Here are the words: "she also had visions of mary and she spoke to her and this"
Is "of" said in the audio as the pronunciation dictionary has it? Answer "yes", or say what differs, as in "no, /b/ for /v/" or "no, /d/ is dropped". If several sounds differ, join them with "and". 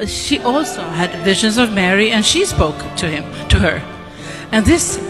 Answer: yes